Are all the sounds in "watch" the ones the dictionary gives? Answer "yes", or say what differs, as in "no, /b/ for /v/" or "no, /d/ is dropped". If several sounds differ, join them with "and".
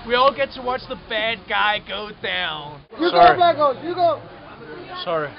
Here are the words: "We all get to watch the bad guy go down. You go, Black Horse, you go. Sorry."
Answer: yes